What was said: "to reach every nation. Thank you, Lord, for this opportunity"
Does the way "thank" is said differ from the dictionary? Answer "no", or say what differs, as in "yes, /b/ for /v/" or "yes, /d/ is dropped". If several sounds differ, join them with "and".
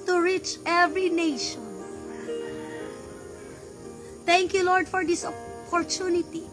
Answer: yes, /t/ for /θ/